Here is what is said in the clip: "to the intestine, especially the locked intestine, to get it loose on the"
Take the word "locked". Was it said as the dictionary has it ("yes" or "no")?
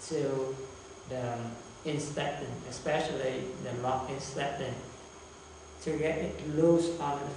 no